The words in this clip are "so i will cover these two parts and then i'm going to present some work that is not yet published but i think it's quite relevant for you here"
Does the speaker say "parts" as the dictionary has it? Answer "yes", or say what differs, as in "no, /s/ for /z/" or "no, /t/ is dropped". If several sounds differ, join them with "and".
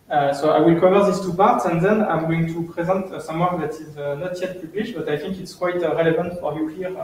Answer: yes